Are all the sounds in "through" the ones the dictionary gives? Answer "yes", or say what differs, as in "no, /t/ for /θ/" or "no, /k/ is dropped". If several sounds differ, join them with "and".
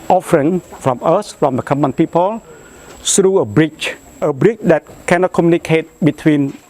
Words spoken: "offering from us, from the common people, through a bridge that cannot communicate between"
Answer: no, /s/ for /θ/